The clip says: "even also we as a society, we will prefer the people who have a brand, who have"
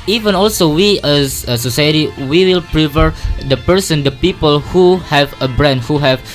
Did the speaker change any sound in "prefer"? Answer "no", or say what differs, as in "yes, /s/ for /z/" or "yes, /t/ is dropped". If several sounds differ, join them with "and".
yes, /p/ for /f/